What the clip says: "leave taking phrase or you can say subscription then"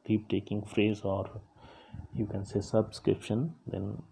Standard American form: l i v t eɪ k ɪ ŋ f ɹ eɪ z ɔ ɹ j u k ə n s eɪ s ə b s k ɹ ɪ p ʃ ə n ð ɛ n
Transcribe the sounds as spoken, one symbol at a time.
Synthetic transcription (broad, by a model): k i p t eɪ k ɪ ŋ f ɹ eɪ z ɔ ɹ j u k ə n s eɪ s ə b s k ɹ ɪ p ʃ ə n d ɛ n